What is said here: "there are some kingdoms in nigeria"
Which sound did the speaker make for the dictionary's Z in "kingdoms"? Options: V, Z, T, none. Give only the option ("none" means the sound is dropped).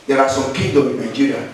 none